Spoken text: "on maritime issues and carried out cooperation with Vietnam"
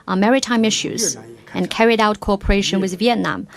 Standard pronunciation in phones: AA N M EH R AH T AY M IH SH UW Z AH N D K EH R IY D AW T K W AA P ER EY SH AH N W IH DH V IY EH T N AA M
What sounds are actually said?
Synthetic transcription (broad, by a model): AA M EH R AH T AY M IH SH UW Z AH N K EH R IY D AW T K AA P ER EY SH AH N W IH DH V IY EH T N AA M